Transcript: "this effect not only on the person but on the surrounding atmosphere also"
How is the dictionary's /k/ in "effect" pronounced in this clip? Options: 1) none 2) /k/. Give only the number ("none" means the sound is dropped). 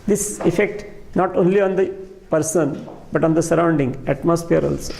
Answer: 2